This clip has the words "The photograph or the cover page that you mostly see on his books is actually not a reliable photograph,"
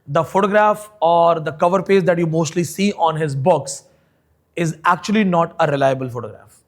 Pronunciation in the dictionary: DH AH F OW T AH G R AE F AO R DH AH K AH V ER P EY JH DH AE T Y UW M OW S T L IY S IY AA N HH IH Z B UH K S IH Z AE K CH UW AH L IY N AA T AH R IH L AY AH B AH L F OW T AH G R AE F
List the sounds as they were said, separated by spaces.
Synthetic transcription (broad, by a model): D AH F OW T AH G R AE F AO R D AH K AH V ER P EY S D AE T Y UW M OW S T L IY S IY AA N HH IH Z B UH K S IH Z AE K CH UW AH L IY N AA T AH R IH L AY AH B AH L F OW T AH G R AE F